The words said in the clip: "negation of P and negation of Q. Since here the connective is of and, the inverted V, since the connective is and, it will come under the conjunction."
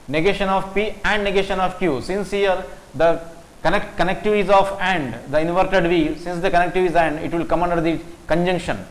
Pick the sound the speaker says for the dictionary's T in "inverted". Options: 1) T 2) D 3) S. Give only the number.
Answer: 1